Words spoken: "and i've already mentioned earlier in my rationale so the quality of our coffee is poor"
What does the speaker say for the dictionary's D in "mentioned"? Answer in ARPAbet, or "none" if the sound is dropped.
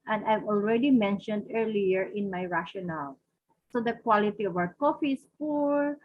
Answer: D